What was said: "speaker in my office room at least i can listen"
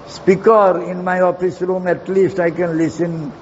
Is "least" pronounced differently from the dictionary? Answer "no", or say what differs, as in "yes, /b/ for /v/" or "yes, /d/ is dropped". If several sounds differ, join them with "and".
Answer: no